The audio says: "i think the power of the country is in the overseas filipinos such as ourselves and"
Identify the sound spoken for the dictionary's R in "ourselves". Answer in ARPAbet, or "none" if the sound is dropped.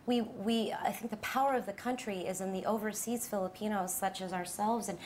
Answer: R